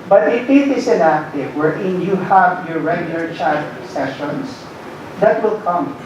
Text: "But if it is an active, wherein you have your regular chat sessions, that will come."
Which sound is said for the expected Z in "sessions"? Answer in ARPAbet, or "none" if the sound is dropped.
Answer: S